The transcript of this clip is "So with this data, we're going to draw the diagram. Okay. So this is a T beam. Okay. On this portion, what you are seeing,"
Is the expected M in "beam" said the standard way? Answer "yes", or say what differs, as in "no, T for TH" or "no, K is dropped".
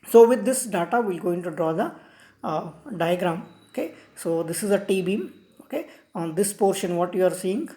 yes